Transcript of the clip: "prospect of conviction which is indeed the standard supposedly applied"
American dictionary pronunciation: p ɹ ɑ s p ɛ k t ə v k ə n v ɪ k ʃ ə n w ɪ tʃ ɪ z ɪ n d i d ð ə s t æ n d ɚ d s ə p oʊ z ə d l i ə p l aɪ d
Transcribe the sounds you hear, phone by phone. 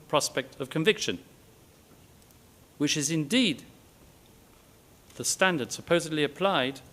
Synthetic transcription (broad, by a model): p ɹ ɑ s p ɛ k t ə v k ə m v ɪ k ʃ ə n w ɪ tʃ ɪ z ɪ n d i d ð ə s t æ n d ɚ d s ə p oʊ z ə d l i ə p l aɪ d